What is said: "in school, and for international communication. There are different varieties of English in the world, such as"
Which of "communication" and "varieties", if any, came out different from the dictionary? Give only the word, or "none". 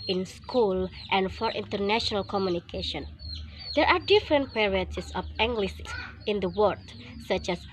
varieties